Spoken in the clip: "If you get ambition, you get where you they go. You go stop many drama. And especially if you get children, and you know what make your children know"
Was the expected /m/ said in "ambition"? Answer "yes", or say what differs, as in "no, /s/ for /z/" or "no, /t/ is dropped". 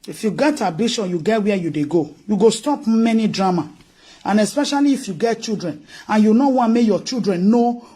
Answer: no, /m/ is dropped